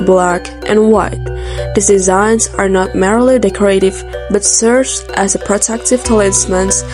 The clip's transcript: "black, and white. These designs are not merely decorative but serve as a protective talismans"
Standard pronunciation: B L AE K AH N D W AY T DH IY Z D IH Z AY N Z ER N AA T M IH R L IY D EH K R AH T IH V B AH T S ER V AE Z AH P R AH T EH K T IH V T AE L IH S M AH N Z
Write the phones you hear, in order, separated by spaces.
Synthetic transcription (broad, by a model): B L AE K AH N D W AY T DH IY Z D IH Z AY N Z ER N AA T M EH R L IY D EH K R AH T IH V B AH T S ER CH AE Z AH P R AH T EH K T IH V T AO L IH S M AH N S